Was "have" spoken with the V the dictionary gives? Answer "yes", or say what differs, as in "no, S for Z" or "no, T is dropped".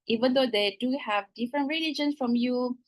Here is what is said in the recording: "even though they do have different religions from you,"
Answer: yes